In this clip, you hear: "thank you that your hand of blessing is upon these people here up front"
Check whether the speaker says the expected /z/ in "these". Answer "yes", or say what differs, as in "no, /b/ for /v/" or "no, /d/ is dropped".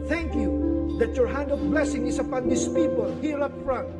no, /s/ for /z/